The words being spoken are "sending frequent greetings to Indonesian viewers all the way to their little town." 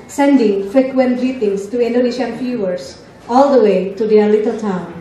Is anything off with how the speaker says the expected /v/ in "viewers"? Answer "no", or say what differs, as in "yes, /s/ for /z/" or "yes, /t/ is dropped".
yes, /f/ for /v/